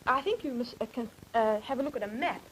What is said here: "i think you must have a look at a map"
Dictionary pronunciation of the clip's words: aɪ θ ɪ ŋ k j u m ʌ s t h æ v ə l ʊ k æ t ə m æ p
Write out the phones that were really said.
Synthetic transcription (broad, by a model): aɪ θ ɪ ŋ k j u m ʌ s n h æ v ə l ʊ k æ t ə m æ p